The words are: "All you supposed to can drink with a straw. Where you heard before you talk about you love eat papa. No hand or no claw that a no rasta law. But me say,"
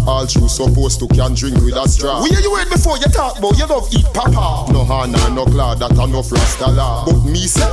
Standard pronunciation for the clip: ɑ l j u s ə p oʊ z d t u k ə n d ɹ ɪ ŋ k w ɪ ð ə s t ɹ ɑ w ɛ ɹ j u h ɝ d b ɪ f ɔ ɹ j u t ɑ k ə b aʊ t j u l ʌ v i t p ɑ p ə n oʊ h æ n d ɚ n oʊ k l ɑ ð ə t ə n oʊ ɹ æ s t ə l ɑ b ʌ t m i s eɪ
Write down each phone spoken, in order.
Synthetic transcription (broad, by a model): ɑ l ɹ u s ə p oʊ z t u k ə n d ɹ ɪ ŋ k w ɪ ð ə s t ɹ ɑ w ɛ j u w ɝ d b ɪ f ɔ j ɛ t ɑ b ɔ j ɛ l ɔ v i t p ɑ p ə n oʊ h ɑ n ɑ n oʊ k l ɑ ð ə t ə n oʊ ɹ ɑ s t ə l ɑ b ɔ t m i s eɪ